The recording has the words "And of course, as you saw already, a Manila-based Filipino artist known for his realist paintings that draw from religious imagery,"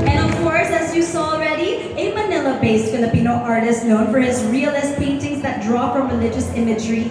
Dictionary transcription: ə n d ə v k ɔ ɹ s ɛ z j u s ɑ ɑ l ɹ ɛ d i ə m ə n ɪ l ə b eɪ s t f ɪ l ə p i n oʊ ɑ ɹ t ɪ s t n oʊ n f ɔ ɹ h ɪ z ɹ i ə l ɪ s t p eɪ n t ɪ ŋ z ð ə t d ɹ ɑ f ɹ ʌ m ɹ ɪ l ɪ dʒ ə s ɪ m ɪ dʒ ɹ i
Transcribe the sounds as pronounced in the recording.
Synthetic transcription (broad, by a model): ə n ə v k ɔ ɹ s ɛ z j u s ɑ ɑ l ɹ ɛ d i ə m ə n ɪ l ə b eɪ s t f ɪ l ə p i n oʊ ɑ ɹ t ɪ s t n oʊ n f ɔ ɹ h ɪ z ɹ i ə l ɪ s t p eɪ n t ɪ ŋ z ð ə t d ɹ ɑ f ɹ ʌ m ɹ ɪ l ɪ dʒ ə s ɪ m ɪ dʒ ɹ i